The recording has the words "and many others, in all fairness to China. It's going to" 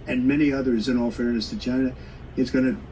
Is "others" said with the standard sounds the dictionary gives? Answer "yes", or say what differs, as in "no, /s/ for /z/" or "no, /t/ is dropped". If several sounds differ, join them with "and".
yes